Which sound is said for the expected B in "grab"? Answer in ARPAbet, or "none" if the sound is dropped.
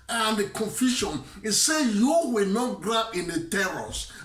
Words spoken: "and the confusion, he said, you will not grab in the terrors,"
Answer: none